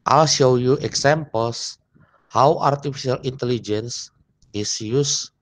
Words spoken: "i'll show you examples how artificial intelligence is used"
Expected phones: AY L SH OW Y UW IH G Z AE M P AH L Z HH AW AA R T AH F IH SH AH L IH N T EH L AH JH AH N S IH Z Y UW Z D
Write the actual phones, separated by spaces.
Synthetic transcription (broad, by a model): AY L SH OW Y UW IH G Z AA M P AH L S HH AW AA R T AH F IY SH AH L IH N T EH L AH JH AH N S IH S Y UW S